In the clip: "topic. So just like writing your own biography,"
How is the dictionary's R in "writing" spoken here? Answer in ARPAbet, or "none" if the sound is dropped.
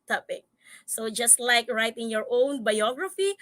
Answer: R